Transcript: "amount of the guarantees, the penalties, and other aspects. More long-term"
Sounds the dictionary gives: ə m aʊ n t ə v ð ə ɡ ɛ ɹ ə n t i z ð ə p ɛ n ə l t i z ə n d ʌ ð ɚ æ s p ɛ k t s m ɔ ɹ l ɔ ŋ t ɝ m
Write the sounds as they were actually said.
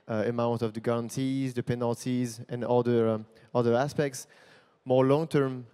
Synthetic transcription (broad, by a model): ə m aʊ n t ə v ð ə ɡ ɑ ɹ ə n t i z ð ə p ɛ n ə l t i z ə n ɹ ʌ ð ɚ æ s p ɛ k t s m ɔ ɹ l ɔ ŋ t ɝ m